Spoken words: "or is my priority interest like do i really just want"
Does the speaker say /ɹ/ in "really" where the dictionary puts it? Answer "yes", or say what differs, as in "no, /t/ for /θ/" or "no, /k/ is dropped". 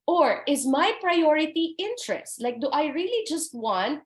yes